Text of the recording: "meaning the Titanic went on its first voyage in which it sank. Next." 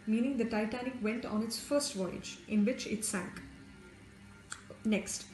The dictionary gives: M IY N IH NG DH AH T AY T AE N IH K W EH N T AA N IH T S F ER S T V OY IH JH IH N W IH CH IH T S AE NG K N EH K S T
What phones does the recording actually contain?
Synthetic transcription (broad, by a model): M IY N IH NG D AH T AY T AE N IH K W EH N T AA N IH T S F ER S T V OY IH JH IH N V IH CH IH T S AE NG K N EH K S T